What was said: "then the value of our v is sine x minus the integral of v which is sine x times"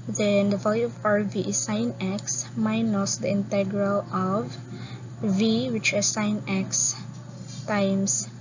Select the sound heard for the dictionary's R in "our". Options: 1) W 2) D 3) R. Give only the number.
3